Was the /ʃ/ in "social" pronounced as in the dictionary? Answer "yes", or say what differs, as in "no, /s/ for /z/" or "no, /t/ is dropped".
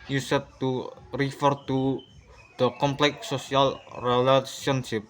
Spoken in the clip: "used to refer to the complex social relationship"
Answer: no, /ʃ/ is dropped